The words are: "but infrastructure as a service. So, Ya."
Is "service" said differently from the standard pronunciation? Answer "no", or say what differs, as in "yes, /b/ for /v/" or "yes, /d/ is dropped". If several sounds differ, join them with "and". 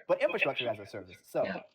no